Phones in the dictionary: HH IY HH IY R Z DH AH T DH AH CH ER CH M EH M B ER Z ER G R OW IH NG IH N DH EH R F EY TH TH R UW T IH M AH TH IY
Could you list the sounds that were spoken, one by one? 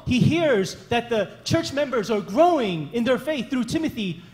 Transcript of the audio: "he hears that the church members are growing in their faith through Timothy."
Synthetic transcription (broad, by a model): HH IY HH IY R Z DH AH T DH AH CH ER CH M EH M B ER Z ER G R OW IH NG IH N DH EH R F EY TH TH R UW T IH M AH TH IY